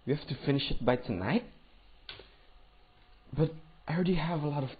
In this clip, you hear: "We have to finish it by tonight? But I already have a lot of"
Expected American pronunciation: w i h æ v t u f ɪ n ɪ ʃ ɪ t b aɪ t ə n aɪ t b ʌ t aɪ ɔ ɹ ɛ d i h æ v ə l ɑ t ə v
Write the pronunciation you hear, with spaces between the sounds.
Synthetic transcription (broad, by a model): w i h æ f t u f ɪ n ɪ ʃ ɪ t b aɪ t ə n aɪ t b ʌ t aɪ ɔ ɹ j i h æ v ə l ɑ t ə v